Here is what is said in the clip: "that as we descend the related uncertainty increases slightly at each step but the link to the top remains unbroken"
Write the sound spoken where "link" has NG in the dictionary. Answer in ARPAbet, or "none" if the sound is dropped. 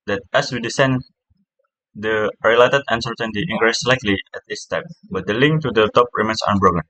NG